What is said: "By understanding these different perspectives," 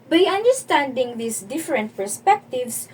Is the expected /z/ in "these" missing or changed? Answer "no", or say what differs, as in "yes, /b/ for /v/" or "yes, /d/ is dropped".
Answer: yes, /s/ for /z/